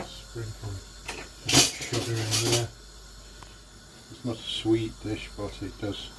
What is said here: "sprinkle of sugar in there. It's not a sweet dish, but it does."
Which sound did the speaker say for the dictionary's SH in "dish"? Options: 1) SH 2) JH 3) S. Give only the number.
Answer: 1